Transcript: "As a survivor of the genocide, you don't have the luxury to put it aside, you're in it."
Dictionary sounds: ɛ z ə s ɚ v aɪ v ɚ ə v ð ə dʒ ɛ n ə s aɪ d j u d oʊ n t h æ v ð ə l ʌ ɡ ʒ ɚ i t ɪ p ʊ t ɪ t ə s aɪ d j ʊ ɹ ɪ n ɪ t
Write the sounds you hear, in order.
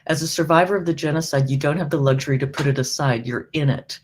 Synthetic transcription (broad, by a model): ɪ z ə s ɚ v aɪ v ɚ ə v ð ə dʒ ɛ n ə s aɪ d j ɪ d oʊ n t h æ v ð ə l ʌ ɡ ʒ ɚ i t ɪ p ʊ t ɪ t ə s aɪ d j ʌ ɹ ɪ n ɪ t